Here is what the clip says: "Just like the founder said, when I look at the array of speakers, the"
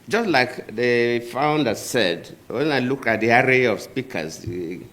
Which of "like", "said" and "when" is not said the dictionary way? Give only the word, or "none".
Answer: none